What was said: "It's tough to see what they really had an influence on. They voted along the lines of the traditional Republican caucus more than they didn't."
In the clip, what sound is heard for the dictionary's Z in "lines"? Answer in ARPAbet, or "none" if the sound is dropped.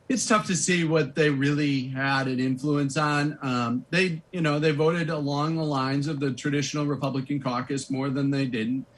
Z